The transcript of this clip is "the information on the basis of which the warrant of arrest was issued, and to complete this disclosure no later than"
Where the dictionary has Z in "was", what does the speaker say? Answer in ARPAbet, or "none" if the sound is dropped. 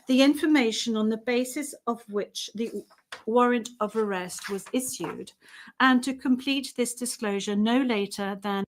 Z